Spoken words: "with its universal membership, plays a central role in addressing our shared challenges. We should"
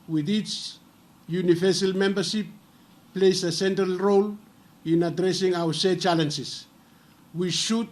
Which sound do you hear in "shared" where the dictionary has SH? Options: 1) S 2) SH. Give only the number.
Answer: 1